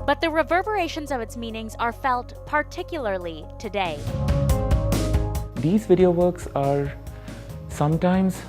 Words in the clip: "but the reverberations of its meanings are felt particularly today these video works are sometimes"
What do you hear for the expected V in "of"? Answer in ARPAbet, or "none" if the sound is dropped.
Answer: V